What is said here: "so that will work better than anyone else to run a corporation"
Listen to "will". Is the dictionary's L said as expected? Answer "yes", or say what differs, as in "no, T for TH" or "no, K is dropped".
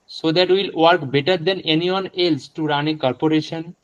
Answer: yes